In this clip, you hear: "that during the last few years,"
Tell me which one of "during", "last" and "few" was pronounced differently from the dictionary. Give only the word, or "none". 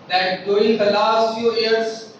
during